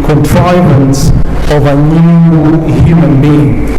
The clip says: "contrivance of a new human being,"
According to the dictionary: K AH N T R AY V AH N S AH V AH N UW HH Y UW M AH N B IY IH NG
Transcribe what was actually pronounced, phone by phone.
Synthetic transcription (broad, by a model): K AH N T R AY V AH N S AH V AH N UW HH Y UW M AH N B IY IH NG